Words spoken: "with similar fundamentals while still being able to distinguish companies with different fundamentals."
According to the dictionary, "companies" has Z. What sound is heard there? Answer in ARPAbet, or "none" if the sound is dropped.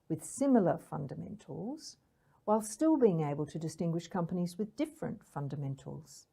Z